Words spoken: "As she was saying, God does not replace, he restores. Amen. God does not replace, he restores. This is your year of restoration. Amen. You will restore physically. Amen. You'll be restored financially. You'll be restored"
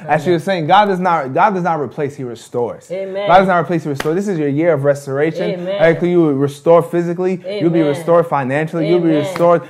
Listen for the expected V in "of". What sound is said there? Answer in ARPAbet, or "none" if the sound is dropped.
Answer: V